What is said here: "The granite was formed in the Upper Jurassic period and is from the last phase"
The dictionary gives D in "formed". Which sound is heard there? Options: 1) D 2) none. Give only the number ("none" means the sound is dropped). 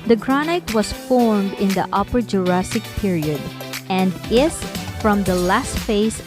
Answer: 1